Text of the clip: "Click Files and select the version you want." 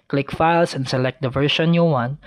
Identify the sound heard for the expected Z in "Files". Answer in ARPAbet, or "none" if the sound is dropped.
S